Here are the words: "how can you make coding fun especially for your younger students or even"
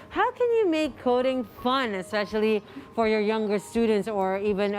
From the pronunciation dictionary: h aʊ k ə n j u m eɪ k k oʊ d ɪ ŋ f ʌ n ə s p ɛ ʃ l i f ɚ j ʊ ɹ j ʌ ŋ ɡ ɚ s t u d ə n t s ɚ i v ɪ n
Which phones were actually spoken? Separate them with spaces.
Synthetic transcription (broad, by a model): h aʊ k ə n j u m eɪ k k oʊ d ɪ ŋ f ʌ n ə s p ɛ ʃ l i f ɚ j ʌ ɹ j ʌ ŋ ɡ ɚ s t u d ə n t s ɚ i v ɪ n